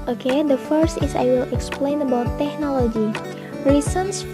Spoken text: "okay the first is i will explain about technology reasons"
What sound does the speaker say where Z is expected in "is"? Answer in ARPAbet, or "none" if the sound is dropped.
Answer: S